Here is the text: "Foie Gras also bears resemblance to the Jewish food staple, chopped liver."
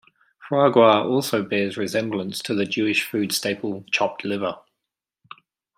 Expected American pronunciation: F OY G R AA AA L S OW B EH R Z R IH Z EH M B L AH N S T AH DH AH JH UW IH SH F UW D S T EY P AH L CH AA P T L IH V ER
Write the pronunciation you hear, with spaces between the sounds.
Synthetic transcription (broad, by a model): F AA G W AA AA L S OW B EH Z R IH Z EH M B L AH N S T AH DH AH JH UW IH SH F UW D S T EY P AH L CH AA P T L IH V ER